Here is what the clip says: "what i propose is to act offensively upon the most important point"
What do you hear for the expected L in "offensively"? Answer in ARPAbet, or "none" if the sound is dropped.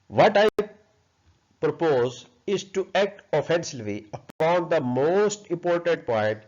none